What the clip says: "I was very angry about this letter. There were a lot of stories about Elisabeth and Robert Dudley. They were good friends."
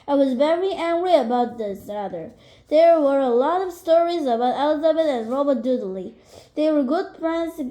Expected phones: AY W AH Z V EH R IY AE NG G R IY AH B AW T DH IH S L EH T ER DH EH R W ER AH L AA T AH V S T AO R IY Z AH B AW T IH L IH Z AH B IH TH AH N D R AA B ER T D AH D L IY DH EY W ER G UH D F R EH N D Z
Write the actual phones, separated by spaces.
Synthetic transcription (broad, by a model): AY W AH Z V EH R IY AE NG G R IY AH B AW T DH IH S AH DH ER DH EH R W ER AH L AA T AH V S T AO R IY Z AH B AW T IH L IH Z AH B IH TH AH N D R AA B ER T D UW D L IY DH EY W ER G UH D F R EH N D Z